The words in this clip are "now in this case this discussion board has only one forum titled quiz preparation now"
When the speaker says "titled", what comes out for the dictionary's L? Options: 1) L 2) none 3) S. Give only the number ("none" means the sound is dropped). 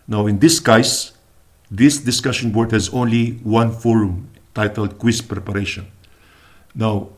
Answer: 1